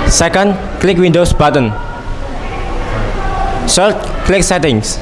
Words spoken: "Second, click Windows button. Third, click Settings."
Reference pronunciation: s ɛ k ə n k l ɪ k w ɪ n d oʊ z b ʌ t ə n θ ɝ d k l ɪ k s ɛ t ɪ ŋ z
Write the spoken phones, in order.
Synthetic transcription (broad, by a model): s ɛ k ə n k l ɪ k w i n d oʊ s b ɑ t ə n s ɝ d k l ɪ k s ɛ t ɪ ŋ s